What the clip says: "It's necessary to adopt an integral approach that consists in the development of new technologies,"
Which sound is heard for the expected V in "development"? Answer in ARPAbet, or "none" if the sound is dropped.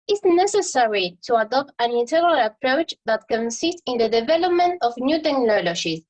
V